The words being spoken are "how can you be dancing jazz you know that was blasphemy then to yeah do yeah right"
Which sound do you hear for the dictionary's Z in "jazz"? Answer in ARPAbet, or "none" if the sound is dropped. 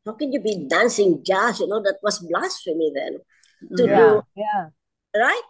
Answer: S